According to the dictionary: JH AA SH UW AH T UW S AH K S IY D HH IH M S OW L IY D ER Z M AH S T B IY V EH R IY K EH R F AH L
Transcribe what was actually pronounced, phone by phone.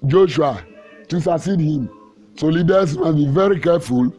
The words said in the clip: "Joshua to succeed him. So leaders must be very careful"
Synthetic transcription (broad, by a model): JH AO SH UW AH T UW S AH S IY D HH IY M S OW L IY D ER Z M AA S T B IY V EH R IY K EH F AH L